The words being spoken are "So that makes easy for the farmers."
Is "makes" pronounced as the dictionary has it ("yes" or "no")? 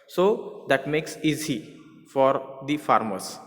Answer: yes